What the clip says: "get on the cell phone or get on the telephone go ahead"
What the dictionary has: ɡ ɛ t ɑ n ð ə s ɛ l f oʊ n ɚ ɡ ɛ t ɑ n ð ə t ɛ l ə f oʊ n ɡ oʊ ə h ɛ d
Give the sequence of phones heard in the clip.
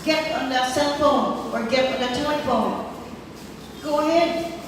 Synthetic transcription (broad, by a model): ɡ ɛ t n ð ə s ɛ n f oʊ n ɚ ɡ ɛ t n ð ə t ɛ ə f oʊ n ɡ oʊ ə h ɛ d